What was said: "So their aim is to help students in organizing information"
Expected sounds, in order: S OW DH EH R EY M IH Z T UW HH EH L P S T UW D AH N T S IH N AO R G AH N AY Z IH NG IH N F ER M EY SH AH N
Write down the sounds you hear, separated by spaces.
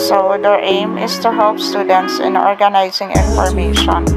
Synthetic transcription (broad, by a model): S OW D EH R EY M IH S T UW HH EH L P S T UW D AH N T S IH N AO R G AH N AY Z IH NG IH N F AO M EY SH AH N